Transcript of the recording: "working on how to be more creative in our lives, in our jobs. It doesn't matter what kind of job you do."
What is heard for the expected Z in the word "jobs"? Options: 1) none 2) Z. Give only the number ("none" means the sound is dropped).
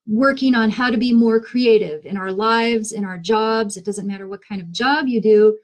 2